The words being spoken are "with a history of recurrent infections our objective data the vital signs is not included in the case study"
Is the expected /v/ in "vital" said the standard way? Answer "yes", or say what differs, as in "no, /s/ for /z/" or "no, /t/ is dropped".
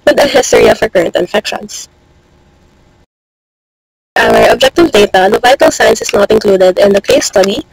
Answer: yes